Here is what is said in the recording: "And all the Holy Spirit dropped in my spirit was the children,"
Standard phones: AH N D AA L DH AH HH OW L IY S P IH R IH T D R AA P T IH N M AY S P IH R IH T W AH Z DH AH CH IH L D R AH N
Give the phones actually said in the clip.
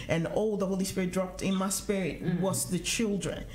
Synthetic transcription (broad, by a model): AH N AA L DH AH HH OW L IY S P IH R IH T D R AA P T IH N M AY S P IH R IH T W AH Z DH AH CH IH L D R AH N